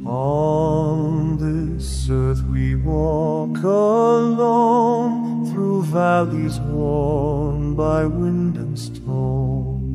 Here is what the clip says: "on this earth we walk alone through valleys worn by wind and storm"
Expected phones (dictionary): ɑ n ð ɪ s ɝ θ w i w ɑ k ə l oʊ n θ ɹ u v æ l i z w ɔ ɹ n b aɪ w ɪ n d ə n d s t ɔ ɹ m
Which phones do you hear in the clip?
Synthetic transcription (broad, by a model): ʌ n ð ɪ s ɝ θ w i w ɑ k ə l oʊ n θ ɹ u v æ l i z w ɔ ɹ n b aɪ w ɪ n d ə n s t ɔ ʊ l